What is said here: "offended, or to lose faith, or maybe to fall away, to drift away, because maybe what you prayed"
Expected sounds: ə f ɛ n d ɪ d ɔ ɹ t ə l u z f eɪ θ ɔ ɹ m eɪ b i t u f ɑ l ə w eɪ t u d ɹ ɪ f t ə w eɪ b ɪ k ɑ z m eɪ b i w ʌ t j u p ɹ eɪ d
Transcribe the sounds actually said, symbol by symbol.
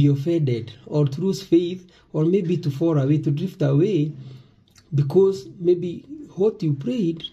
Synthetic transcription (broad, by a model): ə f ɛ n d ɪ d ɔ ɹ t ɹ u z f eɪ θ ɔ ɹ m eɪ b i t u f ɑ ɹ ə w eɪ t u d ɹ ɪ f t ə w eɪ b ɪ k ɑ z m eɪ b i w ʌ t j u p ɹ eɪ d